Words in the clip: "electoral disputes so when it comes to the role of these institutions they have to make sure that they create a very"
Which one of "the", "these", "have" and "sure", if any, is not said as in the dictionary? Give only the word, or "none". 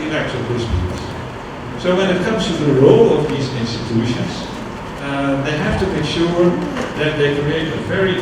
have